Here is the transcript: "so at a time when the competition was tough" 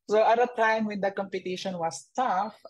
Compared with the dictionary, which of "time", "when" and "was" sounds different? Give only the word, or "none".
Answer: was